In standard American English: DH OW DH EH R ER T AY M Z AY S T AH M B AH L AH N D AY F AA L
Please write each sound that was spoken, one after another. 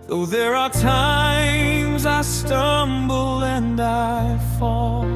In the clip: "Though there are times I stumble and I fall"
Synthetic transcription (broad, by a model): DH OW DH EH R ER T AY M Z AY S T AH M B L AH N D AY F AA L